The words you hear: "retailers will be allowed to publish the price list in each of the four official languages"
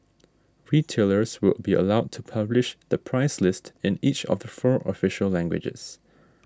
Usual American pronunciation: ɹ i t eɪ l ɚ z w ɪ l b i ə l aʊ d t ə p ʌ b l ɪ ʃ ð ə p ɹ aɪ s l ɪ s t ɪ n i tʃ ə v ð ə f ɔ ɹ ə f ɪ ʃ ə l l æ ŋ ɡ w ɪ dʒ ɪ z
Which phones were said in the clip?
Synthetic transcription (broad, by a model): ɹ i t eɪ l ɚ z w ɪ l b i ə l aʊ d t ə p ʌ b l ɪ ʃ ð ə p ɹ aɪ s l ɪ s t ɪ n i tʃ ə v ð ə f ɔ ɹ ə f ɪ ʃ ə l l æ ŋ ɡ w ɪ dʒ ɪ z